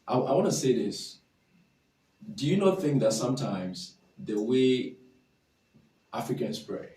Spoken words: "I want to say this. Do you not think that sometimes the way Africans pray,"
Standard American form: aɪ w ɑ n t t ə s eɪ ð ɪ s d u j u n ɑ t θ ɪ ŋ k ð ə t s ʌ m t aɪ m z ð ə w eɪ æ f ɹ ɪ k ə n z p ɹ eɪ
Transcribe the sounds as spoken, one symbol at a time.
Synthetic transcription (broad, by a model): aɪ w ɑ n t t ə s eɪ ð ɪ s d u j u n ɑ t θ ɪ ŋ k ð ə t s ʌ m t aɪ m z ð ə w eɪ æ f ɹ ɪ k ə n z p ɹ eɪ